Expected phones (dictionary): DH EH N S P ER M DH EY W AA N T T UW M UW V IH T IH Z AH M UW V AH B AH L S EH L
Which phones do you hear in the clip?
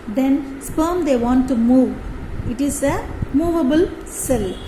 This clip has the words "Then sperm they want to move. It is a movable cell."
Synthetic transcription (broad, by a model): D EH N S P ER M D EY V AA N T T UW M UW V IH T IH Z AH M UW V AH B AH L S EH L